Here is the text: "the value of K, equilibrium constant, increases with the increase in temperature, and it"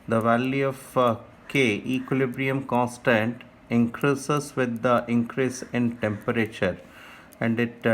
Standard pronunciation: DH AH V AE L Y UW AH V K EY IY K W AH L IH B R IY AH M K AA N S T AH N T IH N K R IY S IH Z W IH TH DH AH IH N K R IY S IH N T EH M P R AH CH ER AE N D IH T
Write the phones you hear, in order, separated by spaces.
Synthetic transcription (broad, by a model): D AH V AE L Y UW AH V K EY IY K W AH L IH B R IY AH M K AA N S T AH N T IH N K R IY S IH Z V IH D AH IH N K R IY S IH N T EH M P R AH CH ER AE N D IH T